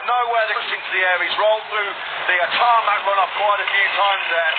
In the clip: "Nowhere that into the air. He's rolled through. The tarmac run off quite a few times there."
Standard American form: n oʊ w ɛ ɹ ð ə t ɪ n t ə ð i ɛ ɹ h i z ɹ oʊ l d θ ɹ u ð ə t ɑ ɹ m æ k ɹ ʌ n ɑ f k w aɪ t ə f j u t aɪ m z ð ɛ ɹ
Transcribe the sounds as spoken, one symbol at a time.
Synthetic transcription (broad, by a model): n oʊ w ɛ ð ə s ɪ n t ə ð i ɛ ɹ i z ɹ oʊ l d θ ɹ u ð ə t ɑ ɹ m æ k ɹ ʌ n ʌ p k w aɪ t ə f j u t aɪ m z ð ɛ